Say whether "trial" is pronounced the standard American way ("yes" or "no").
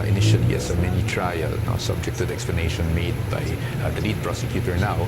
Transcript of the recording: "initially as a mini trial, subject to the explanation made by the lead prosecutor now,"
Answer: no